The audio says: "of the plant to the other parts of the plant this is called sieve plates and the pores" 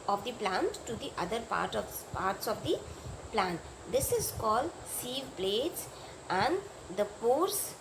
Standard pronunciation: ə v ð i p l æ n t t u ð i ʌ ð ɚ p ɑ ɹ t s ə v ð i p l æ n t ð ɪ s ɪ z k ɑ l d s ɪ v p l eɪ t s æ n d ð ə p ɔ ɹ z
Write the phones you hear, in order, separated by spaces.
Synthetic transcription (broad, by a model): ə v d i p l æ n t t u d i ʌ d ɚ p ɑ ɹ t s ə v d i p l æ n t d ɪ s ɪ z k ɑ l d s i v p l eɪ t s æ n d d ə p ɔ ɹ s